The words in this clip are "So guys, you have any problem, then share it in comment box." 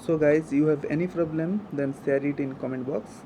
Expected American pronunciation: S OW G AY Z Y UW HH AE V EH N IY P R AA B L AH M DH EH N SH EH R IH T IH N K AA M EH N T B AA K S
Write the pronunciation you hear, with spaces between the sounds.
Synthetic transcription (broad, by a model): S OW G AY Z Y UW HH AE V EH N IY P R AA B L AH M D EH N S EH R IH T IH N K AA M EH N T B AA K S